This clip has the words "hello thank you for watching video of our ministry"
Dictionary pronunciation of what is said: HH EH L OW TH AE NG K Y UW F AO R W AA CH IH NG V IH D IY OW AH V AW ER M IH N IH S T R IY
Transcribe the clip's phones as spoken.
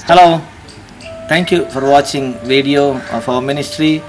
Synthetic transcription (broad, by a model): HH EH L OW T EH NG K Y UW F AO R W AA CH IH NG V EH D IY OW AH F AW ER M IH N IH S T R IY